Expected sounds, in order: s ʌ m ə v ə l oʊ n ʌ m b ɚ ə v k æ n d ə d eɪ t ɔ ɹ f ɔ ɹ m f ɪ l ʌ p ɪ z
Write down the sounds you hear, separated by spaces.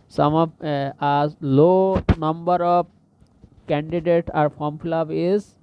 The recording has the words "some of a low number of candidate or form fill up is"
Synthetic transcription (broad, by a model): s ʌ m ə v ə l oʊ n ʌ m b ɚ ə b k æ n d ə d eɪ t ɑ ɹ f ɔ m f l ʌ b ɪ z